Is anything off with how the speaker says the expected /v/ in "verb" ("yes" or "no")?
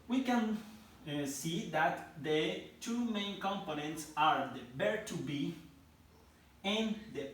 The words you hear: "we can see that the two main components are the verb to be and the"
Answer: yes